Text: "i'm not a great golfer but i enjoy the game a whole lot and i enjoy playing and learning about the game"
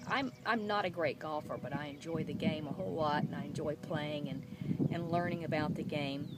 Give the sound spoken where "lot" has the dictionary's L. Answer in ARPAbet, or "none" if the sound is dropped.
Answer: W